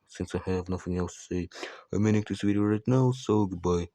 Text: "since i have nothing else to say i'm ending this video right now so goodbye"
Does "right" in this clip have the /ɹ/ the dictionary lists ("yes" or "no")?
yes